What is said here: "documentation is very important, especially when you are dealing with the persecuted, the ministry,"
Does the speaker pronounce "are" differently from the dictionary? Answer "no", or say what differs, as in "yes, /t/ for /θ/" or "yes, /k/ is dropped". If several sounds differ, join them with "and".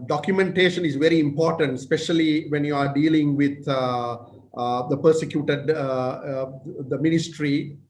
no